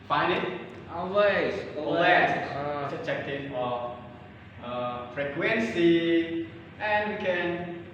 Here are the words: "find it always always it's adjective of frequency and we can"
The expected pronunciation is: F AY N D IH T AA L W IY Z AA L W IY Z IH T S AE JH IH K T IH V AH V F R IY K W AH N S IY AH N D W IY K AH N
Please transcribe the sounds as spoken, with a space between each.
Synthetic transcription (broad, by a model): F AY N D IH T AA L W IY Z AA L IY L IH S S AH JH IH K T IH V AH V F R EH K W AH N S IY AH N W IY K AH N